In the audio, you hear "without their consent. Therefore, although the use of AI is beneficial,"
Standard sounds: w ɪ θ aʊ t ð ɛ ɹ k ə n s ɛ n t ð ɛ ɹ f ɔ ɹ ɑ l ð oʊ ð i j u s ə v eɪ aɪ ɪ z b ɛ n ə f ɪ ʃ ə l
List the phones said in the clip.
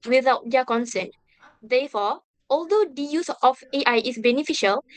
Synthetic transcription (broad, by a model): w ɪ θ aʊ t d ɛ k ə n s ɛ n t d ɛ f ɔ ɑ l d oʊ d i j u s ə f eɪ aɪ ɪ s b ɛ n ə f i ʃ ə l